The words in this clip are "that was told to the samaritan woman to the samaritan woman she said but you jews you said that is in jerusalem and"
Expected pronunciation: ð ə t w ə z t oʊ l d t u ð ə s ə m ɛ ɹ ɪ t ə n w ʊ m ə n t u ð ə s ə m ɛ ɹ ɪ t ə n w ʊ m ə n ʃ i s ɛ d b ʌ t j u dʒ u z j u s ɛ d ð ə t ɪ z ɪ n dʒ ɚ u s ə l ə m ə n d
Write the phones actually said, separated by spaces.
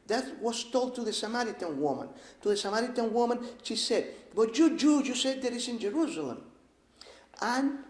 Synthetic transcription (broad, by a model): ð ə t w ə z t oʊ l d t u ð ə s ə m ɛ ɹ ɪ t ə n w ʊ m ə n t u ð ə s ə m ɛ ɹ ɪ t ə n w ʊ m ə n ʃ i s ɛ d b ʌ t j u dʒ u j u s ɛ d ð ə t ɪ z ɪ n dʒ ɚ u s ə l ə m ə n